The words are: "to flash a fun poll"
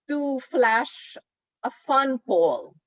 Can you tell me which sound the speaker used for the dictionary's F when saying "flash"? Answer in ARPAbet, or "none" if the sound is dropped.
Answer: F